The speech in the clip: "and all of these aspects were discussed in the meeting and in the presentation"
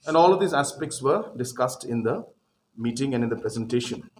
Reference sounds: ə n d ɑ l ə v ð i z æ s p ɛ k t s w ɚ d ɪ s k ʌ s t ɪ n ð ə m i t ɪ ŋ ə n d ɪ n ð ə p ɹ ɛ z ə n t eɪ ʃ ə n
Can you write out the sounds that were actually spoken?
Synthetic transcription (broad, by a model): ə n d ɑ l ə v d i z æ s p ɛ k t s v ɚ d ɪ s k ʌ s t ɪ n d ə m i t ɪ ŋ ə n d ɪ n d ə p ɹ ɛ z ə n t eɪ ʃ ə n